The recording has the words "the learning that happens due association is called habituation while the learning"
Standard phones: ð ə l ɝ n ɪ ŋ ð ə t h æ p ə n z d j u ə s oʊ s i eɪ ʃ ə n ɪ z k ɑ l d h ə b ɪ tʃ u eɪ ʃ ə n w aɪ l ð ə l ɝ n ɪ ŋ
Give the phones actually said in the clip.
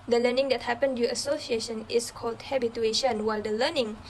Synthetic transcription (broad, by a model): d ə l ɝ n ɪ ŋ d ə t h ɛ p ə n d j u ə s oʊ s i eɪ ʃ ə n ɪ s k ɑ l d h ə b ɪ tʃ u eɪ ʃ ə n w aɪ l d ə l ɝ n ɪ ŋ